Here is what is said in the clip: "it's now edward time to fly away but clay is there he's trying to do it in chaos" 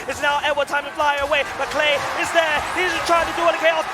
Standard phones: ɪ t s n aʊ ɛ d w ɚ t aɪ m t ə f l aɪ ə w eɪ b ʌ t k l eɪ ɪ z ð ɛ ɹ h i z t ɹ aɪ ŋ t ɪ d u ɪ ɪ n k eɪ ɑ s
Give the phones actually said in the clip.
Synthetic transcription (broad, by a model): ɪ t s n aʊ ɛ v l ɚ t aɪ m t ə f l aɪ ə w eɪ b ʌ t k l eɪ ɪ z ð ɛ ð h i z t ɹ aɪ ŋ t ɪ d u ɪ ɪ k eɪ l